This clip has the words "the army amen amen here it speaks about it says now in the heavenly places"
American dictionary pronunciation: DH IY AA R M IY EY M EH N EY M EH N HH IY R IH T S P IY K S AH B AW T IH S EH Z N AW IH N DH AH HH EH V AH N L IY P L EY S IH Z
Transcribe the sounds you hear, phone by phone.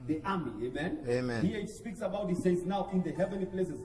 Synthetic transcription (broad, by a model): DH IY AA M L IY EY M EH N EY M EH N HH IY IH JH S P IY K S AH B AW T IH S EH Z N AW IH N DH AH HH EH V AH N L IY P L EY S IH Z